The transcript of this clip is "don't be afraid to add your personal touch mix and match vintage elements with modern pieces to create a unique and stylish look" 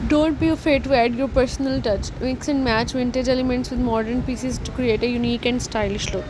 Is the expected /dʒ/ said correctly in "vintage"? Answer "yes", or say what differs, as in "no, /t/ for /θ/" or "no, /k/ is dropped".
yes